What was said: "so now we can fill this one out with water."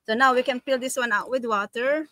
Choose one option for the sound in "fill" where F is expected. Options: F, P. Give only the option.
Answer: P